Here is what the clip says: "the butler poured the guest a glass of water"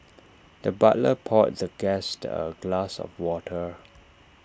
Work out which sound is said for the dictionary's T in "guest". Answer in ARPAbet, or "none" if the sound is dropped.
T